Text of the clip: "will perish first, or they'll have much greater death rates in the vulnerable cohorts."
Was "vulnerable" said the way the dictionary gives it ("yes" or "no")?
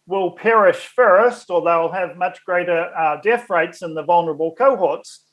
yes